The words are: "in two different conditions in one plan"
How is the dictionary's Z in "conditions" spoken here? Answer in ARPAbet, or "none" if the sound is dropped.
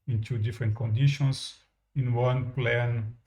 S